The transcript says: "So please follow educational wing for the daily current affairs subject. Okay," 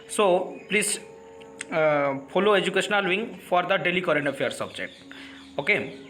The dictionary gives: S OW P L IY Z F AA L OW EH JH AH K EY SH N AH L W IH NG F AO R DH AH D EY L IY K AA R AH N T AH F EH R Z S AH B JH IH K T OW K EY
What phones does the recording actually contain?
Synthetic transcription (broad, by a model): S OW P L IY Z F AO L OW EH JH AH K EY SH N AH L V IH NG F AO R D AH D EY L IY K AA R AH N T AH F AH R S AH B JH IH K T OW K EY